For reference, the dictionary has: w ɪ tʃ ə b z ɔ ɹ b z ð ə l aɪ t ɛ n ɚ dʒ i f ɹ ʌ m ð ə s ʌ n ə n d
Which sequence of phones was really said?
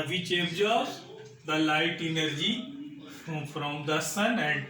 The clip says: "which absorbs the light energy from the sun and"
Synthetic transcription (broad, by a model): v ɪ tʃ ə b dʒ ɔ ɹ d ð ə l aɪ t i n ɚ dʒ i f ɹ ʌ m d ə s ʌ n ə n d